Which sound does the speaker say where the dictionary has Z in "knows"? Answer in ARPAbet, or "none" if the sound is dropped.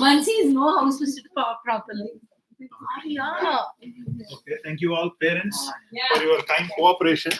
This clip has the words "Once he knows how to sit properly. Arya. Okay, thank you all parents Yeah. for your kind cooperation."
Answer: none